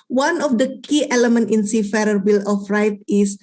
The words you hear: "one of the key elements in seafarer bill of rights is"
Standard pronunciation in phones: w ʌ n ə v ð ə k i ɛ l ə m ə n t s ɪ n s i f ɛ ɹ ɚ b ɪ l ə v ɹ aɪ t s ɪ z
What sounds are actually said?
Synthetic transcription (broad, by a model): w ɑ n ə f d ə k i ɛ l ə m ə n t ɪ n s i f ɛ ɹ ɚ b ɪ l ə f ɹ aɪ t ɪ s